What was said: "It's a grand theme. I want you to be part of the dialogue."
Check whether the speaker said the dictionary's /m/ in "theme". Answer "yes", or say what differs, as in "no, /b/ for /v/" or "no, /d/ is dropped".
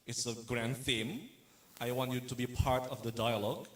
yes